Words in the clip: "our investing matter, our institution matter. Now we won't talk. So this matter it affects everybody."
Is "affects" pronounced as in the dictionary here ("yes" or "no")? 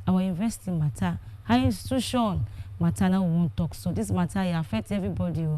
no